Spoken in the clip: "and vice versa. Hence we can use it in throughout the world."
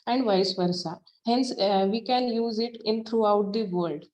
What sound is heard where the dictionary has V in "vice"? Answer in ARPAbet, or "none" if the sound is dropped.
V